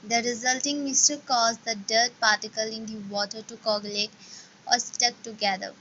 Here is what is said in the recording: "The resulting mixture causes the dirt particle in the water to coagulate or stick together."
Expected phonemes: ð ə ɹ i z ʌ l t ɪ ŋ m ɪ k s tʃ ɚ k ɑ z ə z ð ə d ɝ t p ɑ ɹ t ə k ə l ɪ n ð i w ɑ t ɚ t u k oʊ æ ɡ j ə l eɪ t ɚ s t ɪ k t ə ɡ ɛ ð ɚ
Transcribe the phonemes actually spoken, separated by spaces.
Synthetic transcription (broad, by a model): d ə ɹ i z ʌ l t ɪ ŋ m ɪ s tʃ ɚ k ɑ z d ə d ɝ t p ɑ ɹ t ə k ə l ɪ n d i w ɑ t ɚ t u k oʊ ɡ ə l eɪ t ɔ s t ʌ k t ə ɡ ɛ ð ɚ